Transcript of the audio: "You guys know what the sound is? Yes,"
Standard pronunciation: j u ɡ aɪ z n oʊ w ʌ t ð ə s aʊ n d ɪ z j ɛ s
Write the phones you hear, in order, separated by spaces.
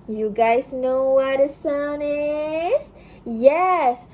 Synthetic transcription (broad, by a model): j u ɡ aɪ z n oʊ w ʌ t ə s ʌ n ɪ z j ɛ s